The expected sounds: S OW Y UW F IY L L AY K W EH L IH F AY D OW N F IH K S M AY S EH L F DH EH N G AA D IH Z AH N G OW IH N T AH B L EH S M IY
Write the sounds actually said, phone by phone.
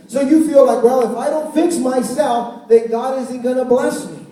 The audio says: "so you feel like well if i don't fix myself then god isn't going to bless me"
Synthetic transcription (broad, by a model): S OW Y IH F IY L L AY K W EH L IH F AY D OW N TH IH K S M AY S EH L F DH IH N G AA D IH Z AH N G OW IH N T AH B L EH S M IY